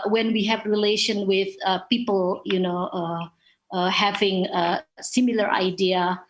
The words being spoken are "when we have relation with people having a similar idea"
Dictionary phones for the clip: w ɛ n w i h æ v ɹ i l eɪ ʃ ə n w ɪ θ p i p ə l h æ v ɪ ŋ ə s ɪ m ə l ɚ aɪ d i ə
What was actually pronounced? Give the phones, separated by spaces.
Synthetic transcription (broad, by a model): w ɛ n w i h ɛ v ɹ i l eɪ ʃ ə n w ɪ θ p i p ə l h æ v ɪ ŋ ə s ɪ m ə l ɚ aɪ d i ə